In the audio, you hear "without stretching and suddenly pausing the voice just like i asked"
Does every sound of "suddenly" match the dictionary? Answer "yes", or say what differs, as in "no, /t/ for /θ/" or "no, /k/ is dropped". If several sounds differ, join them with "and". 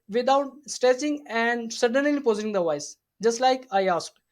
yes